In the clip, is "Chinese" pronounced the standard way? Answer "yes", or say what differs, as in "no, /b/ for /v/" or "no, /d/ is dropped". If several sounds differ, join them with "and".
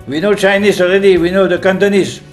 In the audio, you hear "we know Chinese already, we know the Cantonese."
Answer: no, /s/ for /z/